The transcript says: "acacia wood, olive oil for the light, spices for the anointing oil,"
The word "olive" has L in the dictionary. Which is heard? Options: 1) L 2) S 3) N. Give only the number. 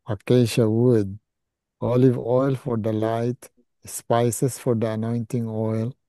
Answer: 1